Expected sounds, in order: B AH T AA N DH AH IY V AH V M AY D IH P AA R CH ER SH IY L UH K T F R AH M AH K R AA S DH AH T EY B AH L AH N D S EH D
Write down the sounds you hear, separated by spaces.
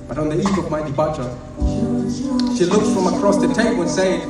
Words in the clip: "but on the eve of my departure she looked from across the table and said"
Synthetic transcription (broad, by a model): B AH T AA N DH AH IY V AH V M AY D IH B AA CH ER SH IY L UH K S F R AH M AH K R AA S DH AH T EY AH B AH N S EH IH